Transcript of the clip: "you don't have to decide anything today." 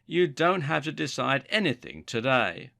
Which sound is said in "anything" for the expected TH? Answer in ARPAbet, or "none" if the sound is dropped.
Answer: TH